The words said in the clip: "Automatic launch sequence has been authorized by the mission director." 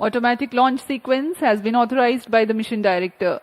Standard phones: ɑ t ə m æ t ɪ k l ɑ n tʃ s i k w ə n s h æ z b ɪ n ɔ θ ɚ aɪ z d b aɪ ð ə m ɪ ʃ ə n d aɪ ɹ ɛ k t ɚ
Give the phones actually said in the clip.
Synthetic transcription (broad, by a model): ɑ t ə m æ t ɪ k l ɑ n tʃ s i k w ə n s h æ z b ɪ n ɔ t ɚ aɪ z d b aɪ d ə m ɪ ʃ ə n d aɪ ɹ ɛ k t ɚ